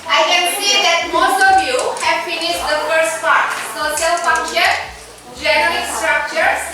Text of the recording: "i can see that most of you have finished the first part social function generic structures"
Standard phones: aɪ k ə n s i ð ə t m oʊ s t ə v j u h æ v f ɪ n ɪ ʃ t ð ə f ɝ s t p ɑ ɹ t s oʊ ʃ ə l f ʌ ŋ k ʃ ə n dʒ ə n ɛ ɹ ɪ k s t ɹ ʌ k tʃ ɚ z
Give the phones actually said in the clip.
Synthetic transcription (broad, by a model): aɪ k ə n s i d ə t m oʊ s t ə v j u h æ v f ɪ n ɪ ʃ t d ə f ɝ s t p ɑ ɹ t s oʊ ʃ ə l f ʌ ŋ k ʃ ə n dʒ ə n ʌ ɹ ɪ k s t ɹ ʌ k tʃ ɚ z